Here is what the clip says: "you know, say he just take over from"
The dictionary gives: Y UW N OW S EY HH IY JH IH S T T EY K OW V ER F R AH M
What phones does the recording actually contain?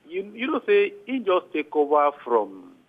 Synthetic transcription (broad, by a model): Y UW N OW S EY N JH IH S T T EY K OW B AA F R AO M